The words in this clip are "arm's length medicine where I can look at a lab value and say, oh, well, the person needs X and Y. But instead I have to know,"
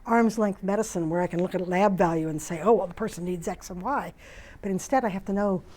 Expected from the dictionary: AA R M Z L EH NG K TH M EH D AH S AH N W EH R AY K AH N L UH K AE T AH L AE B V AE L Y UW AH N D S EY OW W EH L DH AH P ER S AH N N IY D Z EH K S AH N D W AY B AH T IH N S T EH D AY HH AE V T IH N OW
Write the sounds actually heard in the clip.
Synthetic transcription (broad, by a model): AA R M Z L EH NG K TH M EH D AH S AH N W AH R AY K AH N L UH K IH T L AE B V AE L Y UW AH N S EY OW W EH L DH AH P ER S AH N N IY D Z EH K S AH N W AY B AH T IH N S T EH D AY HH AE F T IH N OW